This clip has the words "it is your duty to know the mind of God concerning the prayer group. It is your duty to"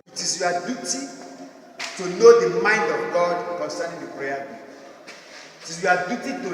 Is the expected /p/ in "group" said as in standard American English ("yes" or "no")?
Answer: no